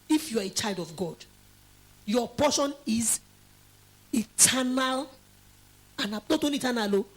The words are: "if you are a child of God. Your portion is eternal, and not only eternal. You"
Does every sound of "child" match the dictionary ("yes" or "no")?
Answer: yes